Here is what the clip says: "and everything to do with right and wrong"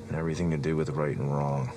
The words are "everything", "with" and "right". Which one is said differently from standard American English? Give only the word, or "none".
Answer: none